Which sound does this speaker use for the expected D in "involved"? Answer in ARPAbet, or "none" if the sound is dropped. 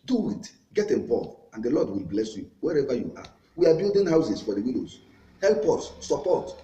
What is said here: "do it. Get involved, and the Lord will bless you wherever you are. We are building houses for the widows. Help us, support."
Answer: none